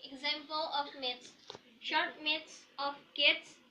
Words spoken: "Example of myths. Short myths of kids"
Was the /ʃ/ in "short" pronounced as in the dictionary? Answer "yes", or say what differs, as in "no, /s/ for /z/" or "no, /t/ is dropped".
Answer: yes